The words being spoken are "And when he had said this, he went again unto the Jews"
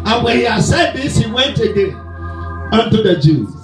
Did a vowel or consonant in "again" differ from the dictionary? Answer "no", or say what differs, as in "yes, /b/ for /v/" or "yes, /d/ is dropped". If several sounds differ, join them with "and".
yes, /n/ is dropped